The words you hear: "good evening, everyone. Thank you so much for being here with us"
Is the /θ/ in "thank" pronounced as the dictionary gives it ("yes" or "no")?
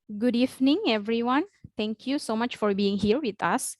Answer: no